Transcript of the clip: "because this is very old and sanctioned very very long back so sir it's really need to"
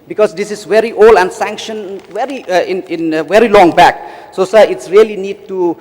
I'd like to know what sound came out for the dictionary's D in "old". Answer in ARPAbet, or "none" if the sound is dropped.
none